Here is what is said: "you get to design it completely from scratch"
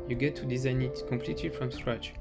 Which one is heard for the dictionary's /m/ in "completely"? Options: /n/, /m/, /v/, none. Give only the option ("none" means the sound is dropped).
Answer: /m/